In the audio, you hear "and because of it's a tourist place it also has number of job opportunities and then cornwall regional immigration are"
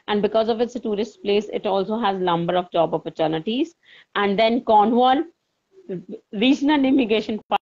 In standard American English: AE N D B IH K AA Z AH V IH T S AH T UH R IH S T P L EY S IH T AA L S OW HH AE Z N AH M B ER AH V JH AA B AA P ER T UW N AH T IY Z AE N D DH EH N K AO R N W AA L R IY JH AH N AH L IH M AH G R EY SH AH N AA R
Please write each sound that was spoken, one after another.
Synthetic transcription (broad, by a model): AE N D B IH K AA Z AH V IH T S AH T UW R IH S T P L EY S IH T AA L S OW HH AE Z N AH M B ER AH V JH AA B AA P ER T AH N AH T IY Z AE N D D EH N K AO N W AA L R IY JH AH N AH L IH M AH G EY SH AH N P